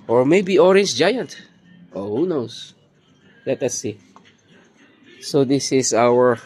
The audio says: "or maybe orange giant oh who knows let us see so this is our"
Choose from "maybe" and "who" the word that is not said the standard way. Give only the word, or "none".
none